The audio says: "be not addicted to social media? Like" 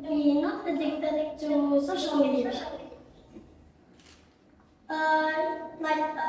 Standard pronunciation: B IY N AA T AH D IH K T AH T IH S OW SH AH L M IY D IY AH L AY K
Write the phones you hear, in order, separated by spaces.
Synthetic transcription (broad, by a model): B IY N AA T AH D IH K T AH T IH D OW S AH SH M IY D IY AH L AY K